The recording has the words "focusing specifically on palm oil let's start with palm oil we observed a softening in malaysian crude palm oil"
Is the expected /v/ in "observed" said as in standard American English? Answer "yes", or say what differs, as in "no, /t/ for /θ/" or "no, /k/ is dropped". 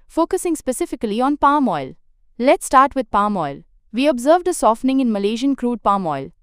yes